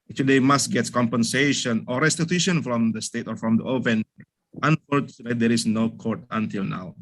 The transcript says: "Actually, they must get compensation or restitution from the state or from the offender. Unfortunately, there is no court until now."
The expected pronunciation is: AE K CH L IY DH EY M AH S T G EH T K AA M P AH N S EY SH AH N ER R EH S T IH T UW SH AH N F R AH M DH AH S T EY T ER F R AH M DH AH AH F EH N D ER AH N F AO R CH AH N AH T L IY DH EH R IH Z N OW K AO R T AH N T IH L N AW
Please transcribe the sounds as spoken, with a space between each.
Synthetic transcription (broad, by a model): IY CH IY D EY M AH S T G EH T K AA M P AH N S EY SH AH N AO R EH S T IH T UW SH AH N F R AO M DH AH S T EY T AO F R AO M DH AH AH P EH N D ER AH N F AO R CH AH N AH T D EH R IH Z N OW K AO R T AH N T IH L N AW